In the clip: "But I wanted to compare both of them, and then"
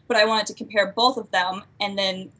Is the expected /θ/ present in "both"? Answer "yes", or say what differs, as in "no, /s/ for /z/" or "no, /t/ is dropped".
yes